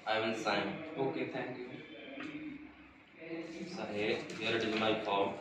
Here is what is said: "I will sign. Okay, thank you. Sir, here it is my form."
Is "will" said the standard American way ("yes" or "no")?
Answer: no